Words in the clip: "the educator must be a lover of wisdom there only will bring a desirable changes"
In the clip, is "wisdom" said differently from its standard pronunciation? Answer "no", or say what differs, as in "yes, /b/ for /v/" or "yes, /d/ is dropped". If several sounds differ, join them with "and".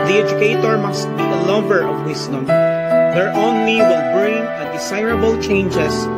yes, /s/ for /z/